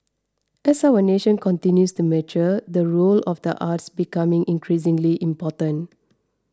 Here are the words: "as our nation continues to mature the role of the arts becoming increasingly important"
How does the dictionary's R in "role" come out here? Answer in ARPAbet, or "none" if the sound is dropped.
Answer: R